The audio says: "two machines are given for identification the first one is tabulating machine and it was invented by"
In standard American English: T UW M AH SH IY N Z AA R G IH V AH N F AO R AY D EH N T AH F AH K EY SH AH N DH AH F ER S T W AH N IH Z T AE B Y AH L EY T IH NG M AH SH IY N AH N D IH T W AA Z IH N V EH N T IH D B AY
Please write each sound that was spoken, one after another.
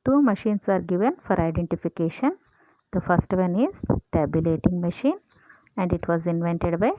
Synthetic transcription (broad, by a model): T UW M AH SH IY N S AA R G IH V AH N F AO R AY D EH N T AH F AH K EY SH AH N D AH F ER S T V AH N IH Z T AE B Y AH L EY T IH NG M AH SH IY N AH N D IH T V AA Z IH N V EH N T IH D B AY